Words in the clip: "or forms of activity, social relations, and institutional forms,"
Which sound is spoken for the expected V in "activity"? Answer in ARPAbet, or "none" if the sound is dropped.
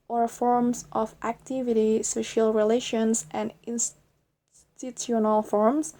V